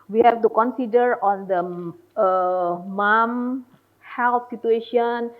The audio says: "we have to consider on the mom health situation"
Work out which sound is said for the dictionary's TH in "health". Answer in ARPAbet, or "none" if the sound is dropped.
F